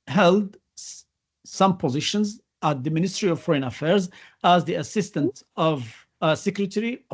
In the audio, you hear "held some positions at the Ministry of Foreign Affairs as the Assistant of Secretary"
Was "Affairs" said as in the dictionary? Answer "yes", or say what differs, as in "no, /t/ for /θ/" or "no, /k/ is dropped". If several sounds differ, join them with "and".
yes